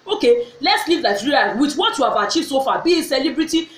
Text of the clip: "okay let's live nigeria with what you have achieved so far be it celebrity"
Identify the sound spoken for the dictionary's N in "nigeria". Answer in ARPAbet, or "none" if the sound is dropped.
L